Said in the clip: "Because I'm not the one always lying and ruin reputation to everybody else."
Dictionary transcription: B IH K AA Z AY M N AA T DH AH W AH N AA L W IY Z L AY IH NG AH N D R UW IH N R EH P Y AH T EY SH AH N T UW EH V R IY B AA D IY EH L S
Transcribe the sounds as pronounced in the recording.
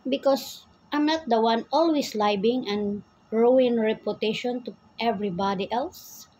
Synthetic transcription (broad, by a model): B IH K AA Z AY M N AA T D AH W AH N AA L W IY S L AY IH NG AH N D R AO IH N R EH P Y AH T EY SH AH N T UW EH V R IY B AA D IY EH L S